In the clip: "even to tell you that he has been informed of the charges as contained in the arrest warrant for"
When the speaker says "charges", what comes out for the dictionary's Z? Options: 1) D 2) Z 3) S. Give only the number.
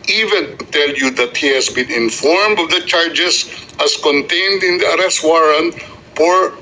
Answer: 3